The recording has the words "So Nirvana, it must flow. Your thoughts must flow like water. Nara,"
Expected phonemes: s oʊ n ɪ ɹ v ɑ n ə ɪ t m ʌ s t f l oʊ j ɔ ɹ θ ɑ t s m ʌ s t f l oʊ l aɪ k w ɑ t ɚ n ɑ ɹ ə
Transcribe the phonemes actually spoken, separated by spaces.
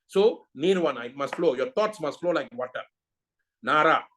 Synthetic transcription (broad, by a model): s oʊ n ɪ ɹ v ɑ n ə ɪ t m ʌ s t f l oʊ j ɔ ɹ t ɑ t s m ʌ s t f l oʊ l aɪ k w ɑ t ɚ n ɑ ɹ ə